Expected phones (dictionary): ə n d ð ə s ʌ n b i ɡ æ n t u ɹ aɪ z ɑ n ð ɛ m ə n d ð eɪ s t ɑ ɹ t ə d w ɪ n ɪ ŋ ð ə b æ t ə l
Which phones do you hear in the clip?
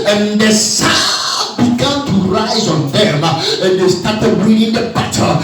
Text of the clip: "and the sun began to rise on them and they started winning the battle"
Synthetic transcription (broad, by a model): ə n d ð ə s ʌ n b i ɡ æ n t u ɹ aɪ z ɑ n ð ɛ m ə n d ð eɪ s t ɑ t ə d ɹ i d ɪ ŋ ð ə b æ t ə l